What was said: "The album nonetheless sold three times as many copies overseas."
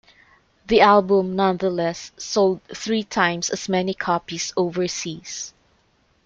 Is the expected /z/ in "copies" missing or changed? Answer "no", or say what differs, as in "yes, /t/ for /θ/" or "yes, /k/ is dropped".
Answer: yes, /s/ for /z/